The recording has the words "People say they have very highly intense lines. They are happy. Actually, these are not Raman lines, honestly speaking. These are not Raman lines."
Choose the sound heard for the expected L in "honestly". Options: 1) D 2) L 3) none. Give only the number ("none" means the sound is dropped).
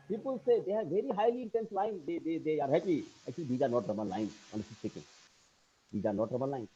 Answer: 3